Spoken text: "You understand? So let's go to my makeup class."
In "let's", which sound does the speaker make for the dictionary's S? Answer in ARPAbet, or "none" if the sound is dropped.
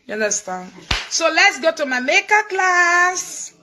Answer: S